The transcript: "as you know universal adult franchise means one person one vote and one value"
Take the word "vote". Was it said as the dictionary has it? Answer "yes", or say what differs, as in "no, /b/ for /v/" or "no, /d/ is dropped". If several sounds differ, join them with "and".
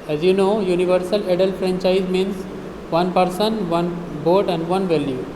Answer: no, /b/ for /v/